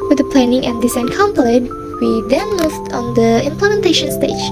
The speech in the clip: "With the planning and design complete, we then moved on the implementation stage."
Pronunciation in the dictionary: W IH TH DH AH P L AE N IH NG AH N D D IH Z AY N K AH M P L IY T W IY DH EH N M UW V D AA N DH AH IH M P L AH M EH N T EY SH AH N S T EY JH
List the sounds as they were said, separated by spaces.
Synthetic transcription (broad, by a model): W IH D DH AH P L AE N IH NG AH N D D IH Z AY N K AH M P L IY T W IY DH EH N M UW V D AA N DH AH IH M P L AH M EH N T EY SH AH N S T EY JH